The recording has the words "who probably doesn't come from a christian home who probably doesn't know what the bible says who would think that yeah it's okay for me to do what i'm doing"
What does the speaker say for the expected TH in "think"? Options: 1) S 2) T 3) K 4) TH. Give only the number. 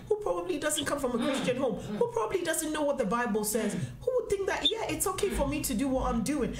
4